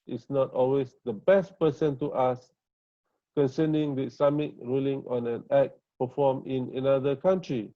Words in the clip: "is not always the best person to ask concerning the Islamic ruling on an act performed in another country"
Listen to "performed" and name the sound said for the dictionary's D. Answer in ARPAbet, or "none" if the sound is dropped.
none